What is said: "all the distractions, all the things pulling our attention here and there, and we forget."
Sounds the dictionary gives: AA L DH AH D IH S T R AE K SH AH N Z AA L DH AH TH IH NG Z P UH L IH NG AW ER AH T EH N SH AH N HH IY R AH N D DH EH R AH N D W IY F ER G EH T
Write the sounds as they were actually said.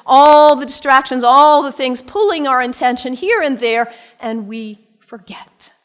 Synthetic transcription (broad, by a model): AA L DH AH D IH S T R AE K SH AH N Z AA L DH AH TH IH NG Z P UH L IH NG AW ER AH T EH N SH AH N HH IY R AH N DH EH R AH N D W IY F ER G EH T